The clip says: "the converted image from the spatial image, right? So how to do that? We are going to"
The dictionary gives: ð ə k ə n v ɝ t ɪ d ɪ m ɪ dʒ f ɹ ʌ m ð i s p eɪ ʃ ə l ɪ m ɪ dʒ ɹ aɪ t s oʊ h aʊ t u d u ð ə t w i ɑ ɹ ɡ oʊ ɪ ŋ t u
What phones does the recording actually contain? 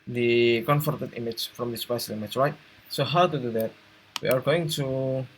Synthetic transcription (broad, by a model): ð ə k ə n f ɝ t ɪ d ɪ m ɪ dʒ f ɹ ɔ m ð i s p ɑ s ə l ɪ m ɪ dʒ ɹ aɪ t s oʊ h aʊ t u d u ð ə t w i ɑ ɹ ɡ oʊ ɪ ŋ t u